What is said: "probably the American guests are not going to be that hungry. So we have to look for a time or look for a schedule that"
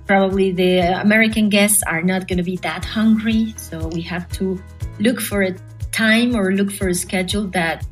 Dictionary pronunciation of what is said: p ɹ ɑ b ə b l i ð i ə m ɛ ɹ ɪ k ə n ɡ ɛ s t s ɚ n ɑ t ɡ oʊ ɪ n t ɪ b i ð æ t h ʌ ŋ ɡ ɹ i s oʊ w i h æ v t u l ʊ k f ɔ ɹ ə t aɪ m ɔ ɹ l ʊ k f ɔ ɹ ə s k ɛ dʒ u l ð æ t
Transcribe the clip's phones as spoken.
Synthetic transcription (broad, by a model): p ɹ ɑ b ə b l i ð i ə m ɛ ɹ ɪ k ə n ɡ ɛ s t s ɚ n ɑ t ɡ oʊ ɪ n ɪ b i ð æ t h ʌ ŋ ɡ ɹ i s oʊ w i h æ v t u l ʊ k f ɔ ɹ ə t aɪ m ɔ ɹ l ʊ k f ɔ ɹ ə s k ɛ dʒ u l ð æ t